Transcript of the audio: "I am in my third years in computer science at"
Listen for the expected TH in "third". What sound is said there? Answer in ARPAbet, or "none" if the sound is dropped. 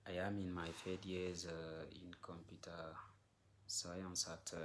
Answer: F